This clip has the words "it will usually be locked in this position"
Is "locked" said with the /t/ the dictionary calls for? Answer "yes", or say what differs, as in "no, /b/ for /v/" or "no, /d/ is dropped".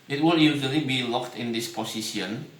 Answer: yes